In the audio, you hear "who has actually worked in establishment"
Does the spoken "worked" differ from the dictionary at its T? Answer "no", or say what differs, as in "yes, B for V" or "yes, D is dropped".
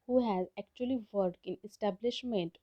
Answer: yes, T is dropped